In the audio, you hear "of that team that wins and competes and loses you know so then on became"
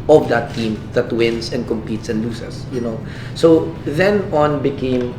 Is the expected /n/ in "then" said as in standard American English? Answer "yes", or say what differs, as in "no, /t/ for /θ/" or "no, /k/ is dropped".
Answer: yes